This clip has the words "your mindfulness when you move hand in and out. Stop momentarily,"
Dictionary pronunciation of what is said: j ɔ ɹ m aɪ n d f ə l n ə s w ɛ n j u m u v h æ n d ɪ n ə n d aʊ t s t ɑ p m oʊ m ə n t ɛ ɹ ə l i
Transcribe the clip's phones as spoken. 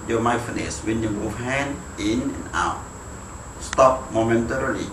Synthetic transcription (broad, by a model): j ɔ m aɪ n f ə n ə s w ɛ n j u m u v h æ n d ɪ n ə n aʊ t s t ɑ p m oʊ m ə n t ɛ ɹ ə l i